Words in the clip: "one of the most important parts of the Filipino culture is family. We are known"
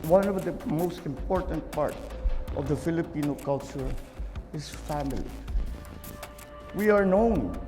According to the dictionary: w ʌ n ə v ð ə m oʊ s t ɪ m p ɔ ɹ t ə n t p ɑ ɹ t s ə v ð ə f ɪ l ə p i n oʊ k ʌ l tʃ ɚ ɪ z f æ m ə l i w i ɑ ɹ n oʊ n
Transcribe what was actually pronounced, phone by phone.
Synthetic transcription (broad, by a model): w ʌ n ə v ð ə m oʊ s t ɪ m p ɔ ɹ t ə n t p ɑ ɹ t ə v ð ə f ɪ l ə p i n oʊ k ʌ l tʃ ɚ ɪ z f æ m ə l i w i ɑ ɹ n oʊ n